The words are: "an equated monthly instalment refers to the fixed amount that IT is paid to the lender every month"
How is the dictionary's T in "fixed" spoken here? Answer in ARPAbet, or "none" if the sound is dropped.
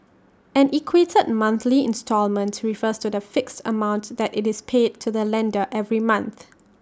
T